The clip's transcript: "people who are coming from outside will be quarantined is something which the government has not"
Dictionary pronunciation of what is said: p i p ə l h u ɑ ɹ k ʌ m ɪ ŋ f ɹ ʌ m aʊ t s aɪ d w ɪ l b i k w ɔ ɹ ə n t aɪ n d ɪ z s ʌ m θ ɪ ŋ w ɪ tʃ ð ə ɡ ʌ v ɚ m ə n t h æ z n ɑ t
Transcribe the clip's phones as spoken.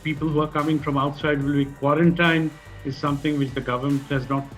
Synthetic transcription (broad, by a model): p i p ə l h u ɑ ɹ k ʌ m ɪ ŋ f ɹ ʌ m aʊ t s aɪ d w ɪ l b i k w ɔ ɹ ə n t aɪ n ɪ z s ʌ m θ ɪ ŋ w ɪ tʃ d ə ɡ ʌ v ɚ m ə n t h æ z n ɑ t